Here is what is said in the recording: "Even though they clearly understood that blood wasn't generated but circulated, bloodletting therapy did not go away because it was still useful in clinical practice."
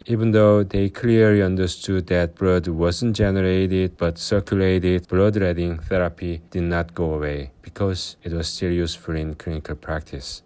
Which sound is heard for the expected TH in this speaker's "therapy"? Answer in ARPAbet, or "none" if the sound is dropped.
TH